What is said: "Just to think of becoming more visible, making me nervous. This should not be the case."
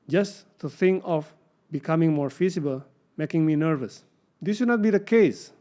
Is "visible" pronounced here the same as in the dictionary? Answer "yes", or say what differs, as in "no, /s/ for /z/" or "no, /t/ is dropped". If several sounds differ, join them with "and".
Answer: no, /f/ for /v/